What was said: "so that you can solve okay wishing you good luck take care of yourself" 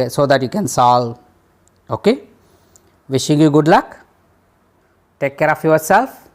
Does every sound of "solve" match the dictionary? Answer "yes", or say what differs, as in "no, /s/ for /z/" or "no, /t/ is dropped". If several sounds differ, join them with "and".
no, /v/ is dropped